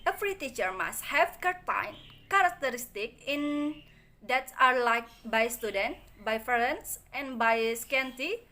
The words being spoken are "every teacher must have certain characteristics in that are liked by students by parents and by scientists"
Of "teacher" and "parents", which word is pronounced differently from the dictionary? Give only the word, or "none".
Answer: parents